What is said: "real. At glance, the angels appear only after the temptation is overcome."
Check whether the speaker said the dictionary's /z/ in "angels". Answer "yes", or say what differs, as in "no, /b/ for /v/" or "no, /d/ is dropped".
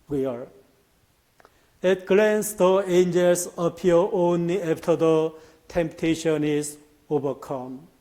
no, /s/ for /z/